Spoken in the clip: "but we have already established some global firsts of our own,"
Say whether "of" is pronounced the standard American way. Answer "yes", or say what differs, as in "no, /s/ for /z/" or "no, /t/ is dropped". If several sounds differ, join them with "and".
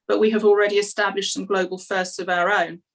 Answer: yes